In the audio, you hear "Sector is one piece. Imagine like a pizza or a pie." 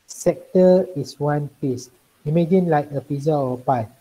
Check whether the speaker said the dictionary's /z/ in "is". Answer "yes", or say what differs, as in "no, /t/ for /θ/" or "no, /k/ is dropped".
no, /s/ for /z/